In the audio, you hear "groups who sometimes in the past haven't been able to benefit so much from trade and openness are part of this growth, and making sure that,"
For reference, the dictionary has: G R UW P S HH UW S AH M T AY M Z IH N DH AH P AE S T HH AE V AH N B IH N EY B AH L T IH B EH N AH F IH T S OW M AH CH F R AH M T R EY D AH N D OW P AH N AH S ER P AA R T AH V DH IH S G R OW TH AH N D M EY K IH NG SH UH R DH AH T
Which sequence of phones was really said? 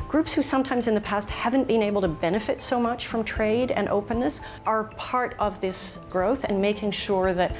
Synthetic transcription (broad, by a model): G R UW P S HH UW S AH M T AY M Z IH N DH AH P AE S T HH AE V AH N B IH N EY B L T IH B EH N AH F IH T S OW M AH CH F R AH M T R EY D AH N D OW P AH N AH S ER P AA R T AH V DH IH S G R OW TH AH N M EY K IH NG SH UH R DH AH T